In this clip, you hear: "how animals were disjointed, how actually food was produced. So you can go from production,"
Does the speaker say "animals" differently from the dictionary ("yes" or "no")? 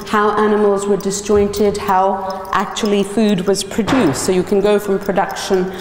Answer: no